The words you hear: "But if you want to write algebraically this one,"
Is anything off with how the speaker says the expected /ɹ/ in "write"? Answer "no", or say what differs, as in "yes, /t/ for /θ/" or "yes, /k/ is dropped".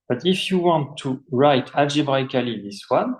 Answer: no